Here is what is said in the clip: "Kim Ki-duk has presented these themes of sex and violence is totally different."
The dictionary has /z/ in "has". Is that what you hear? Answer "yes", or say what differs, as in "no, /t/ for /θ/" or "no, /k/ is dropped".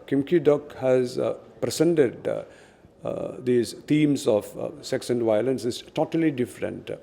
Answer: yes